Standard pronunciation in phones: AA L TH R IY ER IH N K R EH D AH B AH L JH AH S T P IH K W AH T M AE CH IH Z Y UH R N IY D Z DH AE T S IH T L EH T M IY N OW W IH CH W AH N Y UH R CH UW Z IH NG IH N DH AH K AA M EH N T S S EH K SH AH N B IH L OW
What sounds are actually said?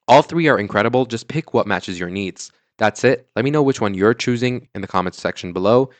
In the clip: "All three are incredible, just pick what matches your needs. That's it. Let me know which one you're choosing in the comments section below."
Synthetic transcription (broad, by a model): AA L TH R IY ER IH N K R EH D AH B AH L JH AH S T P IH K W AH T M AE CH IH Z Y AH R N IY D Z DH AE T S IH T L EH T M IY N OW W IH CH W AH N Y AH R CH UW Z IH NG IH N DH AH K AA M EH N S S EH K SH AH N B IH L OW